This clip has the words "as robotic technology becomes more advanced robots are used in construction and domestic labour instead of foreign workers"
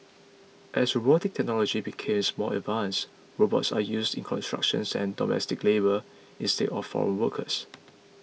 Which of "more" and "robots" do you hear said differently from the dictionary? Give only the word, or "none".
more